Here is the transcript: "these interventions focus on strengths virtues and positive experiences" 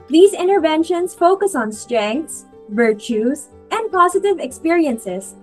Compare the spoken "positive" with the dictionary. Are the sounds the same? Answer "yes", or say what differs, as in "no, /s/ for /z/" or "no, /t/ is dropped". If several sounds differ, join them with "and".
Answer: yes